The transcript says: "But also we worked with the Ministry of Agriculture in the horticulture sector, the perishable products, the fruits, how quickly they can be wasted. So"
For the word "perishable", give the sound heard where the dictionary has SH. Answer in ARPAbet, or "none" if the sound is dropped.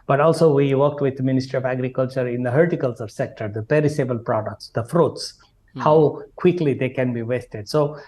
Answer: S